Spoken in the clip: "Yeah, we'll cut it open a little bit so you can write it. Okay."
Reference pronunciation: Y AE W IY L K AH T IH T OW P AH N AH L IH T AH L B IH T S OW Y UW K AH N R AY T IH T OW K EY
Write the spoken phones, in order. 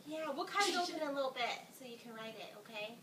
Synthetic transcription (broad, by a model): Y AE W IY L K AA IH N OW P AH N AH L IH T L B IH T S OW Y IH K AH N R AY T IH T OW K EY